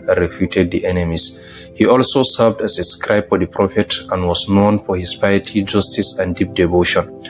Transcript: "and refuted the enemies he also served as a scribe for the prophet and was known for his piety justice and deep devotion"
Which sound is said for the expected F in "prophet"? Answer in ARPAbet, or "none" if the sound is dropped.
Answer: F